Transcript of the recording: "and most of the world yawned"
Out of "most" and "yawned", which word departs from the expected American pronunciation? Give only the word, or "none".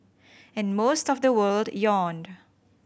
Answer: none